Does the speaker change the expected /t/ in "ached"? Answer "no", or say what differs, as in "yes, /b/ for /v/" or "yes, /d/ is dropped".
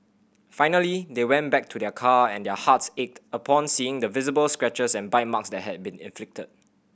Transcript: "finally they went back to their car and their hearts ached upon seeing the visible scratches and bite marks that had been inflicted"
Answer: no